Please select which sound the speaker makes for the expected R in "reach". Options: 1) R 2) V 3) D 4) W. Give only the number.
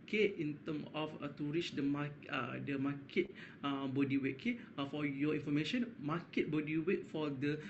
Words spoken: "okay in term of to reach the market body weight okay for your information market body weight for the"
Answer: 1